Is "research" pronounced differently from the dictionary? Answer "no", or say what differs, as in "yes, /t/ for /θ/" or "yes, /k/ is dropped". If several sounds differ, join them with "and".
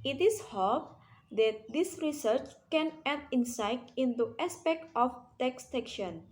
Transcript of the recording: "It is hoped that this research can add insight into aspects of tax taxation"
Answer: no